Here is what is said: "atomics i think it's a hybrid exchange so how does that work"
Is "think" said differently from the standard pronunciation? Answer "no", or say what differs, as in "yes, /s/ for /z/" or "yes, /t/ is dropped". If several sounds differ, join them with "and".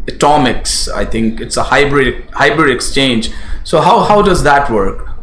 yes, /t/ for /θ/